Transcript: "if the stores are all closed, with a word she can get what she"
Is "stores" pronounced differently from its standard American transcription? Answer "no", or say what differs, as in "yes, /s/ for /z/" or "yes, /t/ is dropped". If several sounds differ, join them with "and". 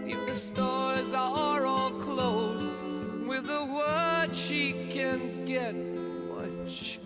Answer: no